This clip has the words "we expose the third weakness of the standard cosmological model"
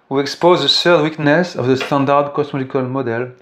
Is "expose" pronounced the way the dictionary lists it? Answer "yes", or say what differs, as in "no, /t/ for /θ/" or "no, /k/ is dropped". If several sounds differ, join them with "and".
yes